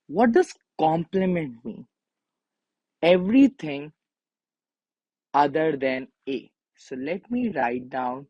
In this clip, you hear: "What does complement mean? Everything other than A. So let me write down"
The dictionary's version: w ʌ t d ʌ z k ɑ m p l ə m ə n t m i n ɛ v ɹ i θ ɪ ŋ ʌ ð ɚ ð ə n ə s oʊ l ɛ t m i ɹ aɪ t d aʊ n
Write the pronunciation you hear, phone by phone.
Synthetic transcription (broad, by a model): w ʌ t d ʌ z k ɑ m p l ə m ə n t m i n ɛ v ɹ i t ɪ ŋ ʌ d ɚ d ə n ə s oʊ l ɛ t m i ɹ aɪ t d aʊ n